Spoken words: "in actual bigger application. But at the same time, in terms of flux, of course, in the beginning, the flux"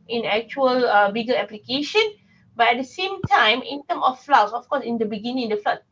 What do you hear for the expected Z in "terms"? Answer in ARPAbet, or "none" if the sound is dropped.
none